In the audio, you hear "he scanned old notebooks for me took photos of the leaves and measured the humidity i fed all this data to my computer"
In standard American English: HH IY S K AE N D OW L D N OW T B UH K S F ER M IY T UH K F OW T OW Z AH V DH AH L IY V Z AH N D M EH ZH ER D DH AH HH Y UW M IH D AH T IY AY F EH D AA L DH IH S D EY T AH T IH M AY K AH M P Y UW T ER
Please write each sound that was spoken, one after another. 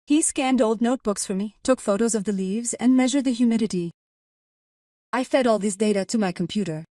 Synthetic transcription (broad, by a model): HH IY S K AE N D OW L D N OW T B UH K S F ER M IY T UH K F OW T OW Z AH V DH AH L IY V Z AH N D M EH ZH ER D DH AH HH Y UW M IH D AH T IY AY F EH D AA L DH IH S D EY T AH T IH M AY K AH M P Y UW T ER